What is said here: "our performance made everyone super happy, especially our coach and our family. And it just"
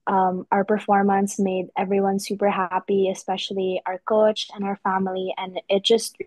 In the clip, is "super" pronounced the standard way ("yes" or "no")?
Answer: yes